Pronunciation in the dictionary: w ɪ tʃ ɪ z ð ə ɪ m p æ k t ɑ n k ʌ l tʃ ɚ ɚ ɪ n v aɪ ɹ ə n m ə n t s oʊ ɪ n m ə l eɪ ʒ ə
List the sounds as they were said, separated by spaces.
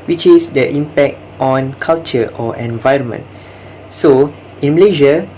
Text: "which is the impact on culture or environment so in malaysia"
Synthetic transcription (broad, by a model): w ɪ tʃ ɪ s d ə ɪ m p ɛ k t ɑ n k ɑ l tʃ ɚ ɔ ɪ n v aɪ ɹ ə n m ə n t s oʊ ɪ n m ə l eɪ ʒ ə